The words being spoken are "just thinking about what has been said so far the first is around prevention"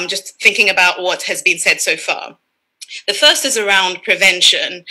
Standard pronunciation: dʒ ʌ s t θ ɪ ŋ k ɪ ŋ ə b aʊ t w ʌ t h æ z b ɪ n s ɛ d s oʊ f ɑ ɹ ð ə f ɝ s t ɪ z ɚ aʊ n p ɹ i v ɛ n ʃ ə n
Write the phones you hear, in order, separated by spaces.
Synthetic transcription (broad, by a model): dʒ ʌ s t θ ɪ ŋ k ɪ ŋ ə b aʊ t w ʌ t h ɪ z b ɪ n s ɛ d s oʊ f ɑ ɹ ð ə f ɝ s t ɪ z ɚ aʊ n p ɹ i v ɛ n ʃ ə n